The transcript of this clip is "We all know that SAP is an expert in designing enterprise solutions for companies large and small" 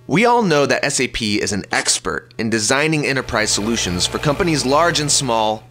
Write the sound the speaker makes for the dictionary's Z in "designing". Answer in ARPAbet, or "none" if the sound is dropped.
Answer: Z